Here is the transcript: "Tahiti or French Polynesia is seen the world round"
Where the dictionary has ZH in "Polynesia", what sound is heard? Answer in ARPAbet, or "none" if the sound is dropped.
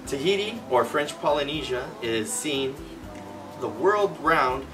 ZH